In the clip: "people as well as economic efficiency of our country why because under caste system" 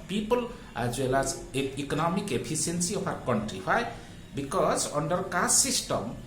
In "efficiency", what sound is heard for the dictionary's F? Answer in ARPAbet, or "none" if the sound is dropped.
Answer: P